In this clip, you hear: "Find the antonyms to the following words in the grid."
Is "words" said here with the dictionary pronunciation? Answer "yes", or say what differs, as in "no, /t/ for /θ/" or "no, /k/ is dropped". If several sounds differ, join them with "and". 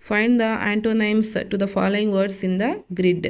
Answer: no, /s/ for /z/